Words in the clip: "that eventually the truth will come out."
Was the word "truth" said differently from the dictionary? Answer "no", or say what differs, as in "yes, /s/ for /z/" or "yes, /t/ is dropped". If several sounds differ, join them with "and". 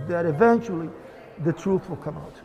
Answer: no